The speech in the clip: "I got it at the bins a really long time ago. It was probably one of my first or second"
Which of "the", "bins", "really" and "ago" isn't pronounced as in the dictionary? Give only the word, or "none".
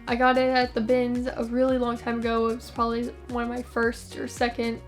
none